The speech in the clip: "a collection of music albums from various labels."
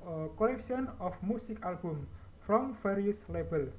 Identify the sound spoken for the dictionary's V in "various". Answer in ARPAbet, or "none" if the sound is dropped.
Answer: F